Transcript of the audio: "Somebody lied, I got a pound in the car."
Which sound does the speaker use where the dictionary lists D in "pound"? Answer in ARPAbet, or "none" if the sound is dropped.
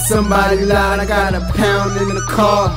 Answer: D